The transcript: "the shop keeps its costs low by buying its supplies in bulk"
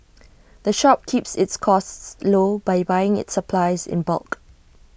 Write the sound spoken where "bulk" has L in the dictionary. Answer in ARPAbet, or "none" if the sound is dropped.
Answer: L